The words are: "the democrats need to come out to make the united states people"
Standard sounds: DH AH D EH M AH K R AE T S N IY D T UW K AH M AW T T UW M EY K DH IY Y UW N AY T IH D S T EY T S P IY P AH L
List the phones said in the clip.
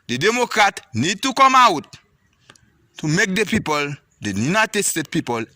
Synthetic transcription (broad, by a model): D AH D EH M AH K R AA T N IY D T UW K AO M AW T T UW M EY K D IY Y UW N AY T IH D S T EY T P IY P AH L